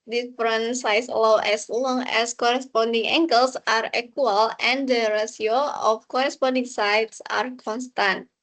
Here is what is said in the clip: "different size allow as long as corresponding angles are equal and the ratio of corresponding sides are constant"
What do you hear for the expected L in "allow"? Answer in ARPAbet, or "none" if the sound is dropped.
W